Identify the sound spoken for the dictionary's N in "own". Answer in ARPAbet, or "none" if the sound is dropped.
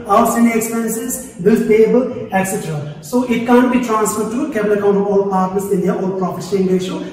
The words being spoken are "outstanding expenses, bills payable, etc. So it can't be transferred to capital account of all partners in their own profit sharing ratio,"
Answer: L